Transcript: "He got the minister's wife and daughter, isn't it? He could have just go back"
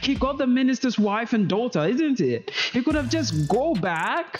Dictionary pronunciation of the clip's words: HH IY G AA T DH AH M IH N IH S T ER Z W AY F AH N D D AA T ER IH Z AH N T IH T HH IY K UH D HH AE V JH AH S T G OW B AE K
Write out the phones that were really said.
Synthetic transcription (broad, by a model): HH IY G AA T DH AH M IH N IH S T ER Z W AY F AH N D D AA T ER IH Z AH N T IH T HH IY K UH D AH V JH AH S G OW B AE K